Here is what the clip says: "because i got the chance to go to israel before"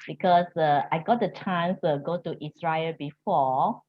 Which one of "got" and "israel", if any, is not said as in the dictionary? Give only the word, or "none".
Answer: israel